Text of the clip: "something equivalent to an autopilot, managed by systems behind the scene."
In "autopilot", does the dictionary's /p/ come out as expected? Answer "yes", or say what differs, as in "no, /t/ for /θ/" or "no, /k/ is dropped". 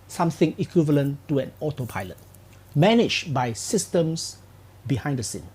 yes